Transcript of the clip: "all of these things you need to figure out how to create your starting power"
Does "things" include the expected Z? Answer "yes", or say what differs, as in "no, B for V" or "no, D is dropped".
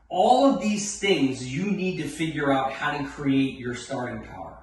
yes